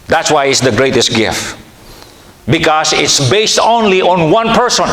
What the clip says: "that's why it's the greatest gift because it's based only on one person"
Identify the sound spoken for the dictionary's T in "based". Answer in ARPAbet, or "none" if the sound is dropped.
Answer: T